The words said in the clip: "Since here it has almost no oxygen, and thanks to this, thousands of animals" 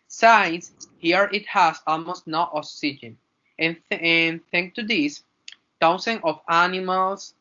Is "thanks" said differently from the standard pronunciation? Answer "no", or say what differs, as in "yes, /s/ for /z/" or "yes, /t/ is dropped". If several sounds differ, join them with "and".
yes, /s/ is dropped